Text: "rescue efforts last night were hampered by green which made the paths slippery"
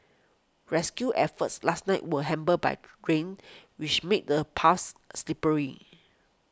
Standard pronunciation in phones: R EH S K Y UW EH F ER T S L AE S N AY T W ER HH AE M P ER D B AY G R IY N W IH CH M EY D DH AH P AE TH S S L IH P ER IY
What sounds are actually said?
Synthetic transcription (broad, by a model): R EH S K Y UW EH F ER T S L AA S N AY T W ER HH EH M B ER B AY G R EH N W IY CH M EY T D AH P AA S S L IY P ER IY